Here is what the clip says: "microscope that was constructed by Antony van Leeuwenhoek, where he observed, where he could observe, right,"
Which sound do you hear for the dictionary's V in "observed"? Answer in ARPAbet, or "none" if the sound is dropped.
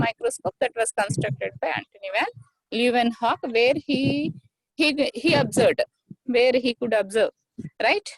none